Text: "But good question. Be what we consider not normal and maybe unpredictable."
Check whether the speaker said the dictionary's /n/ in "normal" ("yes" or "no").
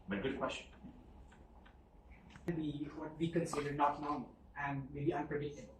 no